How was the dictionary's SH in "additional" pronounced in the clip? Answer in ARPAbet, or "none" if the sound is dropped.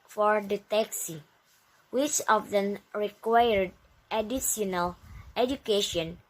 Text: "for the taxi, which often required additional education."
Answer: S